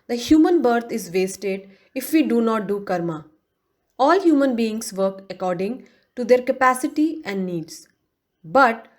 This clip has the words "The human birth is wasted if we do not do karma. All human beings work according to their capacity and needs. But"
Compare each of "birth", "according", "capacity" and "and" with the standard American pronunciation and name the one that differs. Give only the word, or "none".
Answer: birth